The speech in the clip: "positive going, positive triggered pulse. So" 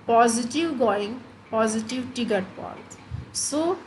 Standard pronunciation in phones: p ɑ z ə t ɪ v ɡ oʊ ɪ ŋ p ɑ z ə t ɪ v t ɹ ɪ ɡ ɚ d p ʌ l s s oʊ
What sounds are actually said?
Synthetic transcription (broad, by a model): p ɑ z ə t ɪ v ɡ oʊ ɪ ŋ p ɑ z ə t ɪ v t ɪ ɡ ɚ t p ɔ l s s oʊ